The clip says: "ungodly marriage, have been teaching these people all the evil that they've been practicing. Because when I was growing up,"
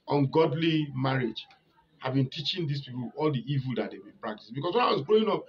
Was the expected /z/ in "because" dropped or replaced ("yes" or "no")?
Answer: yes